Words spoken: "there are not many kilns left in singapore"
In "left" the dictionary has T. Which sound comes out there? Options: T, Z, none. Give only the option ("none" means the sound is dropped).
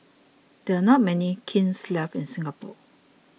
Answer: none